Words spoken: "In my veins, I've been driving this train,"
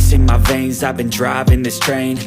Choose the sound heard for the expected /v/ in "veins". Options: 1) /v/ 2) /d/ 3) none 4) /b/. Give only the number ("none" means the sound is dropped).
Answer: 1